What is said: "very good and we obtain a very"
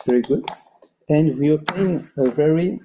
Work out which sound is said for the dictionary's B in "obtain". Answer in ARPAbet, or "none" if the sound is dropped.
none